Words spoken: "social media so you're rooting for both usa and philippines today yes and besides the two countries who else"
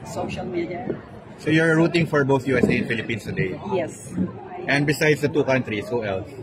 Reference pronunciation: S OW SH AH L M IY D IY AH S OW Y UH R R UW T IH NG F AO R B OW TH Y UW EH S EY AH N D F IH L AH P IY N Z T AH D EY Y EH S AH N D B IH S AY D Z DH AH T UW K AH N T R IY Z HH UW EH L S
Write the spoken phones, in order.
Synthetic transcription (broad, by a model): S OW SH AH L M IY D IY AH S OW Y UH R R UW T IH NG F AO R B OW TH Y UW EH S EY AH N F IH L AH P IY N S T AH D EY Y EH S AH N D B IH S AY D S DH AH T UW K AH N T R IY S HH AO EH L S